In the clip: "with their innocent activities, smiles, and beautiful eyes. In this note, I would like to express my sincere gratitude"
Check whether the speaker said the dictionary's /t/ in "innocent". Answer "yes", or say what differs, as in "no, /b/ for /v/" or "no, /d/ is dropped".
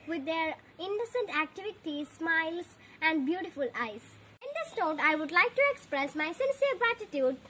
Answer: yes